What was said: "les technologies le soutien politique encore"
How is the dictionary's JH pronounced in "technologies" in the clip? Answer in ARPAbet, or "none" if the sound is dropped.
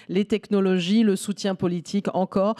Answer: ZH